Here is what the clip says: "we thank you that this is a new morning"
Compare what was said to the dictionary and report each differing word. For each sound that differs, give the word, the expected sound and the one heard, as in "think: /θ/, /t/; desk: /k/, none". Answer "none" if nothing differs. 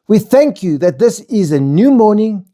none